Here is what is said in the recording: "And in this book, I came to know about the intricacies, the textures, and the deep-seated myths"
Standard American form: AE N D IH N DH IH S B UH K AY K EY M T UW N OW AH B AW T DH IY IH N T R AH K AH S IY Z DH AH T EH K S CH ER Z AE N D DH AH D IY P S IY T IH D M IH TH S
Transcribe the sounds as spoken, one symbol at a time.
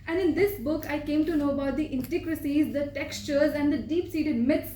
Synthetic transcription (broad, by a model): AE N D IH N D IH S B UH K AY K EY M T UW N OW AH B AW T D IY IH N T AH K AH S IY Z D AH T EH K S CH ER Z AE N D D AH D IY P S IY T IH D M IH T S